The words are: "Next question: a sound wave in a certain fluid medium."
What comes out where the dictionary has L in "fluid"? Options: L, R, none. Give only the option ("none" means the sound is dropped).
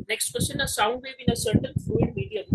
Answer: none